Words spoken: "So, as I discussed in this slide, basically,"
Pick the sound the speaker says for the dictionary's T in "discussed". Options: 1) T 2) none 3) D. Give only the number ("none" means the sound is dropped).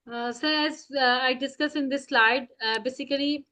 2